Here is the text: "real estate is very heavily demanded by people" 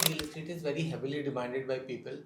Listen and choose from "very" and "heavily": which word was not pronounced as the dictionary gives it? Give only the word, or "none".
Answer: none